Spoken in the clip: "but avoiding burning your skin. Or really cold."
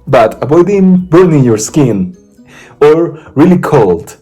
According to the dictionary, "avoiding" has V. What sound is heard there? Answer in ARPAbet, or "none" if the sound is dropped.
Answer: B